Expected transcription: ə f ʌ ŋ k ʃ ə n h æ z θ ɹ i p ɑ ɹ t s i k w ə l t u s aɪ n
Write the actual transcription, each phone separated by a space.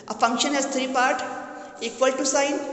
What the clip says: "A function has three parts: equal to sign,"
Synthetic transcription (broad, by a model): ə f ʌ ŋ k ʃ ə n h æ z t ɹ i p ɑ ɹ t ɛ k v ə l t u s aɪ n